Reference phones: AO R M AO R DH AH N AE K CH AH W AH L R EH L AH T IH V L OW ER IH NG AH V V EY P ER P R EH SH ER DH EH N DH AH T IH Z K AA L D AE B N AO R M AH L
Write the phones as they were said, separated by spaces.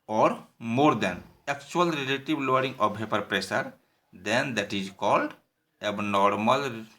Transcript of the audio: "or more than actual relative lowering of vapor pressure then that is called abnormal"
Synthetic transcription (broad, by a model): AO R M AO R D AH N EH K CH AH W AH L R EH L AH T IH B L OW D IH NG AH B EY P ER P R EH S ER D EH N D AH T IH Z K AA L D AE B N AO R M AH L